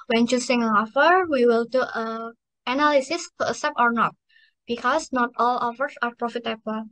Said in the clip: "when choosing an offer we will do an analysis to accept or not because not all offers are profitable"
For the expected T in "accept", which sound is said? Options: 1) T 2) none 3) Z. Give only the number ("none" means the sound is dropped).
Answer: 2